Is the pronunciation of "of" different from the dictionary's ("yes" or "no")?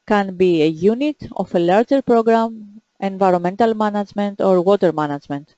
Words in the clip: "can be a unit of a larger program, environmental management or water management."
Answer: yes